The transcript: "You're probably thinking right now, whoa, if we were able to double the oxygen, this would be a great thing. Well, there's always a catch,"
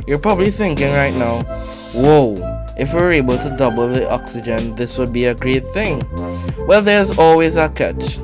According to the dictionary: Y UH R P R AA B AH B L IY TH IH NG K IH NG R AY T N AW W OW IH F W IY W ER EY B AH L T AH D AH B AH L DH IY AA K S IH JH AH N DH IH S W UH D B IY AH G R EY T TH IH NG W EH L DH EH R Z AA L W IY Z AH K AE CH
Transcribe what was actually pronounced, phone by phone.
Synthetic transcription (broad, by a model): Y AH R P R AA B AH B L IY TH IH NG K IH NG R AY T N AW W OW IH F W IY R EY B AH L T AH D AH B L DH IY AA K S IH JH AH N DH IH S W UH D B IY AH G R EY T TH IH NG W EH L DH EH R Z AA L W IY Z AH K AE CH